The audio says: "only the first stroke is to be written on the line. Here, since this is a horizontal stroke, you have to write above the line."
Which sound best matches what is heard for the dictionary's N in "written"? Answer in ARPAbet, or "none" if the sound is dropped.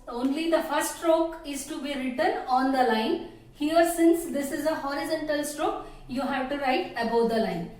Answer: N